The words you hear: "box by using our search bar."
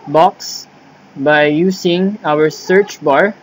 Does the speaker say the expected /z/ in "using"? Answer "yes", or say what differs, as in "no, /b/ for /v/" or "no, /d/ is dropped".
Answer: no, /s/ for /z/